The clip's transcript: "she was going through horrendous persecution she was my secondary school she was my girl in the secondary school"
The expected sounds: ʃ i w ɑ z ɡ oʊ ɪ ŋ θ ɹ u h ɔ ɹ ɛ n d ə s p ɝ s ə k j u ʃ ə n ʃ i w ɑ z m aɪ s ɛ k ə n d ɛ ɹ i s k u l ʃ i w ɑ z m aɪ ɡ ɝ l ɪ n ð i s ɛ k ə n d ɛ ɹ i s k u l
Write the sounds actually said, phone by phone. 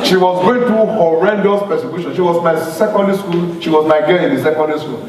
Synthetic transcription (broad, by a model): ʃ i w ɑ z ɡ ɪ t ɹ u h ɔ ɹ ɛ n d ə s p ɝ s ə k j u ʃ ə n ʃ i w ɑ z m aɪ s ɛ k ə n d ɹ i s k u l ʃ i w ɑ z m aɪ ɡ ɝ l ɪ n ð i s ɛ k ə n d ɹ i s k u